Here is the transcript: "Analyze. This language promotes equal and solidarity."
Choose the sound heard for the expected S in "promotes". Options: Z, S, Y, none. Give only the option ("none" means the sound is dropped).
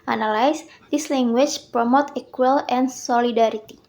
none